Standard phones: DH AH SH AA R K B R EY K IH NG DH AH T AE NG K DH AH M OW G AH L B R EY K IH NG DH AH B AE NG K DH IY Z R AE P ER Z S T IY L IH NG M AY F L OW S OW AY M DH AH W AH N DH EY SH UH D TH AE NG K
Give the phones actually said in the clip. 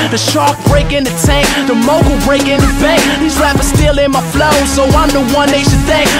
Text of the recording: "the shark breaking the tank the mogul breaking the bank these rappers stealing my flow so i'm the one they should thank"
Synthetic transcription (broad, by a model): DH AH SH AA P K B R EY K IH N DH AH T AE NG K DH AH M OW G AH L B R EY K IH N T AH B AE K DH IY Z L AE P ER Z S T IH L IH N M AY F L OW S OW AY M DH AH W AH N DH EY SH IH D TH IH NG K